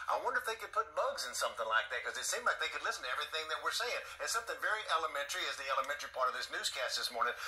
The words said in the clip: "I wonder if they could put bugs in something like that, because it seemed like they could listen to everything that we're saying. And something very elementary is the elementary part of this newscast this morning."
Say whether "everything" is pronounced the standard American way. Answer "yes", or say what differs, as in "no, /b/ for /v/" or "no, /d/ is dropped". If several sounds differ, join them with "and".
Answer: yes